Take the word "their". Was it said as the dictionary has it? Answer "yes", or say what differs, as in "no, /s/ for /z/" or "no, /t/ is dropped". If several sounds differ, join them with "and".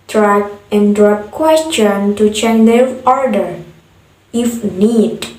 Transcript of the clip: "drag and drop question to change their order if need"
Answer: no, /l/ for /ɹ/